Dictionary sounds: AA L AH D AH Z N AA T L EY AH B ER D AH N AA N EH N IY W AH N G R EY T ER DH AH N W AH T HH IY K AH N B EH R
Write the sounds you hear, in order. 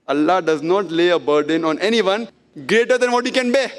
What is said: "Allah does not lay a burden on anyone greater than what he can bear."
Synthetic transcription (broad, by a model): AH L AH D AH Z N AA T L EY AH B ER D AH N AA N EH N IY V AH N G R EY T ER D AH N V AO T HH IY K AH N B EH